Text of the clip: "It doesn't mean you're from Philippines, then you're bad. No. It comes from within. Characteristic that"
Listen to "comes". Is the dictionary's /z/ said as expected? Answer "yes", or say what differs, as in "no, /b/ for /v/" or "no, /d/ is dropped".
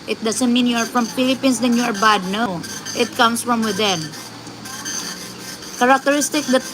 no, /s/ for /z/